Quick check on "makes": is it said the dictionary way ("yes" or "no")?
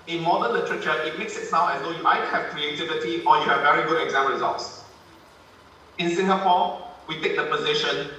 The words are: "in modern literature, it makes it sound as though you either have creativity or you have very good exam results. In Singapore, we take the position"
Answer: yes